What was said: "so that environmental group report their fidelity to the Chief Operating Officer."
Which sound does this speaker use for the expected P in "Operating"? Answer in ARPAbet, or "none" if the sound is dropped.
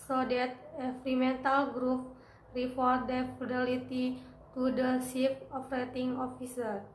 F